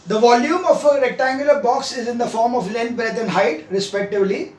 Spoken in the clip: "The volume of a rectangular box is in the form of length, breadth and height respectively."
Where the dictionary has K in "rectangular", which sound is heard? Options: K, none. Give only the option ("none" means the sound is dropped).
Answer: K